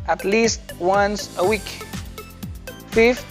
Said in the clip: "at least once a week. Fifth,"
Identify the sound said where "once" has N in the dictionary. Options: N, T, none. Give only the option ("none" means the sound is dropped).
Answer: N